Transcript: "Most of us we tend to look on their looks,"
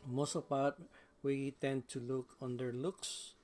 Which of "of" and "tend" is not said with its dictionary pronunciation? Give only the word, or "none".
of